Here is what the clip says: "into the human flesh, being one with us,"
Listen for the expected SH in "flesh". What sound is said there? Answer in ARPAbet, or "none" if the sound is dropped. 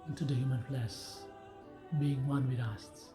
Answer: S